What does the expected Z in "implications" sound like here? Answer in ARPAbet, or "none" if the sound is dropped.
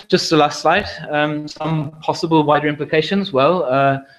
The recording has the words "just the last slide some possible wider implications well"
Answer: Z